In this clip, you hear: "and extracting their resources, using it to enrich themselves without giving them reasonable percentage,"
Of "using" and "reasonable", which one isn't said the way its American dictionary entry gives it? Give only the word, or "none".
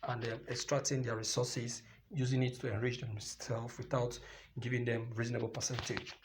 none